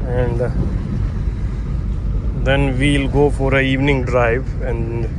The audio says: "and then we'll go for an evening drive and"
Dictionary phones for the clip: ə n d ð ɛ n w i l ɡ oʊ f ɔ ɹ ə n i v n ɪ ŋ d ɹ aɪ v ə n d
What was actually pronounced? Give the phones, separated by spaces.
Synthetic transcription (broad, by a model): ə n d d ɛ n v i l ɡ oʊ f ɔ ɹ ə i v n ɪ ŋ d ɹ aɪ v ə n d